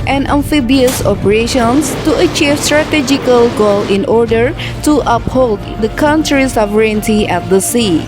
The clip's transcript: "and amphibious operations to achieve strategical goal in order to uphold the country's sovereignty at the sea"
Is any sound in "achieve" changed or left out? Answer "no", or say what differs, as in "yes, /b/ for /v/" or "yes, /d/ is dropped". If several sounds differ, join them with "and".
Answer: no